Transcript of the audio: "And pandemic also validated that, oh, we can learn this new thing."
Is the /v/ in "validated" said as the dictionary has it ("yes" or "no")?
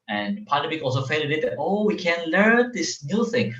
no